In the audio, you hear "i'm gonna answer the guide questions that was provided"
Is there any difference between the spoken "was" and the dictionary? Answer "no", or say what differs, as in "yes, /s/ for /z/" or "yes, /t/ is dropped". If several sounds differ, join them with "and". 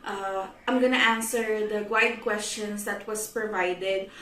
yes, /s/ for /z/